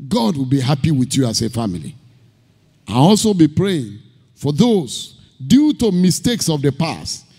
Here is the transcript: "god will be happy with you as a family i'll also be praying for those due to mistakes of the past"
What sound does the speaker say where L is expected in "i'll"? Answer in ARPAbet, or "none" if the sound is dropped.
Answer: N